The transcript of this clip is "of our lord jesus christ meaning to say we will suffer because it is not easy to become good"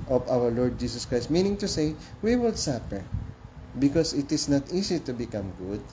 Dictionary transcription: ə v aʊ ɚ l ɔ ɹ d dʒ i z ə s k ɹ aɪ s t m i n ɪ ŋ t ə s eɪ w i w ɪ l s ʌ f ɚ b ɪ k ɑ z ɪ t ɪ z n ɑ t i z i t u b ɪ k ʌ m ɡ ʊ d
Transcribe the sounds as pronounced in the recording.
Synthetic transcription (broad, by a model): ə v aʊ ɚ l ɔ ɹ d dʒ i s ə s k ɹ aɪ s t m i n ɪ ŋ t ə s eɪ w i w ɪ l s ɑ p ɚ b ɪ k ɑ s ɪ t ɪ s n ɑ t i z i t u b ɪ k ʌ m ɡ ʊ d